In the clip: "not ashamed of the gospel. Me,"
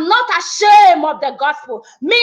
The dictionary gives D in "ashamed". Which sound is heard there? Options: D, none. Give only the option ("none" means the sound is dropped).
none